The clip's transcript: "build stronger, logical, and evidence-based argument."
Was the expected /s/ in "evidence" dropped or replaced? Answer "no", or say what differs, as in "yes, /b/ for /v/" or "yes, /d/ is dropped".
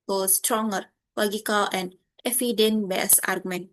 yes, /s/ is dropped